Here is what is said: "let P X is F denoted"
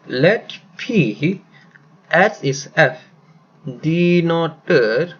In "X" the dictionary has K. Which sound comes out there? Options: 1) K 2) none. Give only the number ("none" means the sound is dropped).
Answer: 2